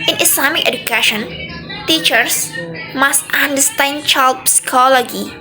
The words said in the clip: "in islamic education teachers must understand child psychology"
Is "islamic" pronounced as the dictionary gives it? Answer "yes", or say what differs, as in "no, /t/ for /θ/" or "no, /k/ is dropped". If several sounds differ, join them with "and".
no, /s/ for /z/